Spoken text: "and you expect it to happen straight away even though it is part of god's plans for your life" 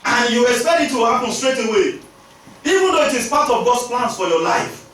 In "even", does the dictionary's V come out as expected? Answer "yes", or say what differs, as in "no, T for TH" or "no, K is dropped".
yes